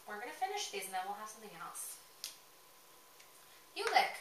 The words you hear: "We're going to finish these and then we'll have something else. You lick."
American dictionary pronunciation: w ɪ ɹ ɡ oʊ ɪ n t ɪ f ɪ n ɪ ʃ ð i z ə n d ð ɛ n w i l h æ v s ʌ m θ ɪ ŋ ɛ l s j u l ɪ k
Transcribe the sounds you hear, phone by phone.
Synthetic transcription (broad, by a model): w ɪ ɹ ɡ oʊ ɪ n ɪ f ɪ n ɪ ʃ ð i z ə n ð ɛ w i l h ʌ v s ʌ m θ ɪ ŋ ɛ l s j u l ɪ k